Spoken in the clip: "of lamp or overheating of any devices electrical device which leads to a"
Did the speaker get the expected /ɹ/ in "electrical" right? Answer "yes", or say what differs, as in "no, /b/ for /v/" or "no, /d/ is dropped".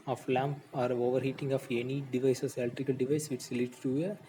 no, /ɹ/ is dropped